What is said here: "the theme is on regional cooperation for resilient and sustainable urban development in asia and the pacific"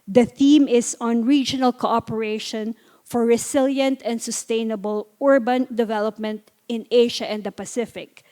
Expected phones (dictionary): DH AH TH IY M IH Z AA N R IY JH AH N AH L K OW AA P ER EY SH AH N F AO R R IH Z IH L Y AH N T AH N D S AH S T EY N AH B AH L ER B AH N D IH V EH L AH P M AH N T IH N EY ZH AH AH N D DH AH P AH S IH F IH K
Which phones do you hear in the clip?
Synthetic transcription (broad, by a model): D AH TH IY M IH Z AA N R IY JH AH N AH L K OW AA P ER EY SH AH N F AO R R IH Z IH L Y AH N T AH N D S AH S T EY N AH B AH L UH B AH N D IH V EH L AH P M AH N T IH N EY SH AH AH N D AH P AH S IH F IH K